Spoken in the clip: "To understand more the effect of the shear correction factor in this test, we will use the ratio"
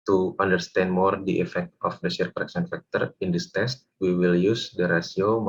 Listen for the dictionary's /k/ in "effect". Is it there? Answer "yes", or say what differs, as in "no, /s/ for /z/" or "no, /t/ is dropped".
yes